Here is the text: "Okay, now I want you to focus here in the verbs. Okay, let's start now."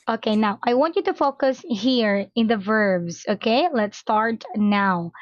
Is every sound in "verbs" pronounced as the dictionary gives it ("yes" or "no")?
yes